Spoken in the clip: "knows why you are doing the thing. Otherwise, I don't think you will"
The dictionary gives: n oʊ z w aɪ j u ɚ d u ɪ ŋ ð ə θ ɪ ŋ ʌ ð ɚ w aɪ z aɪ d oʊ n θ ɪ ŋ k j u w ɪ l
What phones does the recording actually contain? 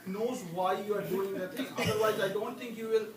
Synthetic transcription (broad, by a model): n oʊ z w aɪ j u ɚ d u ɪ ŋ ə t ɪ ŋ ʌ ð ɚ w aɪ z aɪ d oʊ n t ɪ ŋ k j u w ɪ l